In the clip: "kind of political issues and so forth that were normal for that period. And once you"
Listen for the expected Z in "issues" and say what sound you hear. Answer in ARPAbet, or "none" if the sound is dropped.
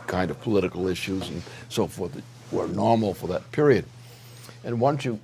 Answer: Z